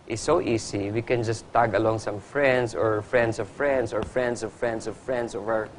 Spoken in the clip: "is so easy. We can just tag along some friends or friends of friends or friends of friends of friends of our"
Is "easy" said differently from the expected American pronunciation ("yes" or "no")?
yes